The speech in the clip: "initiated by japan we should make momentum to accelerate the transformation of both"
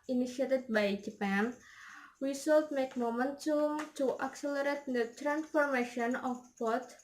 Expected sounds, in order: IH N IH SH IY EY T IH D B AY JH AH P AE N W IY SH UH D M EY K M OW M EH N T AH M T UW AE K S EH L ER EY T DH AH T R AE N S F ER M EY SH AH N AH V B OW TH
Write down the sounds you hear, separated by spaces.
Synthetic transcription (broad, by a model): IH N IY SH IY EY T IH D B AY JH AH P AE N W IY S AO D M EY K M OW M EH N T AH M T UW AE K S EH L ER EY T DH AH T R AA N S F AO M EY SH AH N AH F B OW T